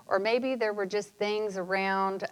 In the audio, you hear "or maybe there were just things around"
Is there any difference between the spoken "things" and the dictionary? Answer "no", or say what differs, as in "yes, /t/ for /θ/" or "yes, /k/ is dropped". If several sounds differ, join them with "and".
no